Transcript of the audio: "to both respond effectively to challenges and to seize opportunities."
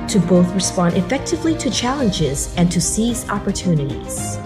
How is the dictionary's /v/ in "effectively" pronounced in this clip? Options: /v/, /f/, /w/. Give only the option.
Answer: /v/